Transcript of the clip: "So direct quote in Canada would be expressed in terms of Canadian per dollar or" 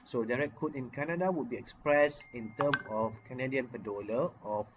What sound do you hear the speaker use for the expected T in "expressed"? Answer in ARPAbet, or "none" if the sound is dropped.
none